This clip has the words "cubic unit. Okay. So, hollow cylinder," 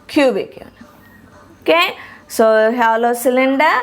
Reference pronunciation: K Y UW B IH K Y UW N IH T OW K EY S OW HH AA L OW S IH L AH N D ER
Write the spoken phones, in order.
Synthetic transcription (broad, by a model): K Y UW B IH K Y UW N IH OW K EY S OW HH AA L OW S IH L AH N D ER